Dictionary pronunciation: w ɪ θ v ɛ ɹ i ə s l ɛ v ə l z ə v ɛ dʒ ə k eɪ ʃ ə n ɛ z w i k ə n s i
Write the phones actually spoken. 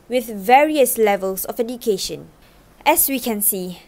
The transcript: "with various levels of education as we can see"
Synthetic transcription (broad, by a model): w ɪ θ v ɛ ɹ i ə s l ɛ v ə l s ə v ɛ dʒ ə k eɪ ʃ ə n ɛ s w i k ə n s i